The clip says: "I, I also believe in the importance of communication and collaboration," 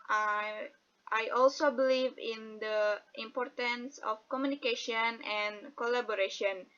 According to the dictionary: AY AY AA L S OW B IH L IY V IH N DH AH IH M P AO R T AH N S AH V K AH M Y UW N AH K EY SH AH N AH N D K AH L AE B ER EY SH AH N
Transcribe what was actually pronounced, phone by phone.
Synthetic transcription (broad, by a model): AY AY AA L S OW B IH L IY V IH N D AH IH M P AO R T AH N S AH F K AH M Y UW N AH K EY SH AH N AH N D K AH L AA B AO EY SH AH N